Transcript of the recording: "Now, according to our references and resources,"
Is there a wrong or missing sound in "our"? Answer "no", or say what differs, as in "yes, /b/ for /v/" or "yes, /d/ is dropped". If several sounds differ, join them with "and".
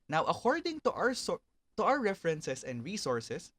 yes, /w/ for /ɹ/